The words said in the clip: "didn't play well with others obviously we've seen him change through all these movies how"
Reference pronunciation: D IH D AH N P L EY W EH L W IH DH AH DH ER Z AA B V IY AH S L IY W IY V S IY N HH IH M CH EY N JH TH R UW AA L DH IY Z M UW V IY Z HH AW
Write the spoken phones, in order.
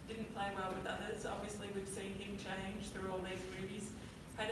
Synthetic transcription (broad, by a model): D IH D N P L EY W EH L W IH DH AH DH ER Z AA B V IY AH S L IY W IY V S IY N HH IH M CH EY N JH TH R UW AA L DH IY Z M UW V IY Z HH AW